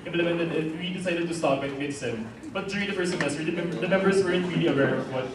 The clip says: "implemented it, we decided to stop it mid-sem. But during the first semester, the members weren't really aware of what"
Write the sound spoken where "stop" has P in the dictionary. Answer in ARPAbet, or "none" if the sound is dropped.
B